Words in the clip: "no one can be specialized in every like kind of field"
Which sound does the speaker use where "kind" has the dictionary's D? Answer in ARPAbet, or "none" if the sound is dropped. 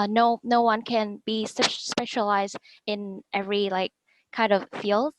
D